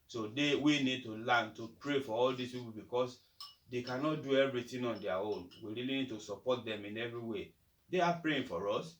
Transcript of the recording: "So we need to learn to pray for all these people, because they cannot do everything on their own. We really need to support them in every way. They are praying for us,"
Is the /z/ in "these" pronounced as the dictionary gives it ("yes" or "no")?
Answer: no